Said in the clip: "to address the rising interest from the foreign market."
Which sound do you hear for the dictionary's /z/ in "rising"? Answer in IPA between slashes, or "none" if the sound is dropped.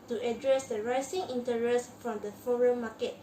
/s/